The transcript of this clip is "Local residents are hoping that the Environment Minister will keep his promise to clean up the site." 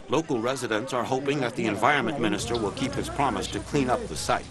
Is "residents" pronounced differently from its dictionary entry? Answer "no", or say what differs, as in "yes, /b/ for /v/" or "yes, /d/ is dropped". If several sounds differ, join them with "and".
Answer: no